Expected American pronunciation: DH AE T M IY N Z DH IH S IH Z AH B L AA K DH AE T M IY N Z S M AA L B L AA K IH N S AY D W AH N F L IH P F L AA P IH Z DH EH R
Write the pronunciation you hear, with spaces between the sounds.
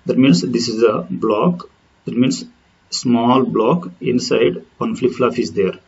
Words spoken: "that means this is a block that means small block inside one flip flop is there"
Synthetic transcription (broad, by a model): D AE T M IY N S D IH S IH Z AH B L AA K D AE T M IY N S M AA L B L AA K IH N S AY D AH N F L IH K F L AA F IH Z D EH R